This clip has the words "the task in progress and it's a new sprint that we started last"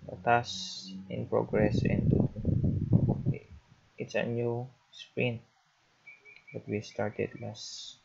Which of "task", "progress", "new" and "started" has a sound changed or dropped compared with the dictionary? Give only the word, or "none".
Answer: task